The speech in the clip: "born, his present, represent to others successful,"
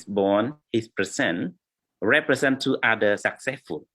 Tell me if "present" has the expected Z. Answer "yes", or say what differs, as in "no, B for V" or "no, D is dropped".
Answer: no, S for Z